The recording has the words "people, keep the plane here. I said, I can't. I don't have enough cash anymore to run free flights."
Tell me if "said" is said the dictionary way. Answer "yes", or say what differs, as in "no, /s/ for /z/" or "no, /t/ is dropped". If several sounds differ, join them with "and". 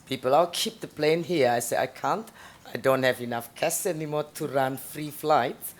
no, /d/ is dropped